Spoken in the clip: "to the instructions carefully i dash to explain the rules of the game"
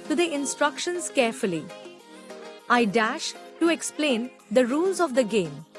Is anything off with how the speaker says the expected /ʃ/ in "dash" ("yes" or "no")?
no